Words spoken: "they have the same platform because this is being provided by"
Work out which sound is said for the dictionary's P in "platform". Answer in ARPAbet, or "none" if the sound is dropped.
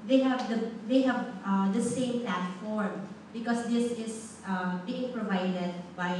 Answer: P